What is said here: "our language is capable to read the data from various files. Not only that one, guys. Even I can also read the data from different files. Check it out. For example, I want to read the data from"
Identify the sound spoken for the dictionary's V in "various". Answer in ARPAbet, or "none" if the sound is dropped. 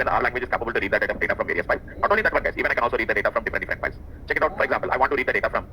V